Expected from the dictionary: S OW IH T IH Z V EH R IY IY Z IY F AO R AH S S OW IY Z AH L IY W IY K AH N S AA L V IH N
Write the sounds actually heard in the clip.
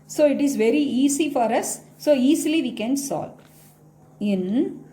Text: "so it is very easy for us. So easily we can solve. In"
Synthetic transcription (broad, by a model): S OW IH T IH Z V EH R IY IY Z IY F AO R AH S S OW IY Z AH L IY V IY K AH N S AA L IH N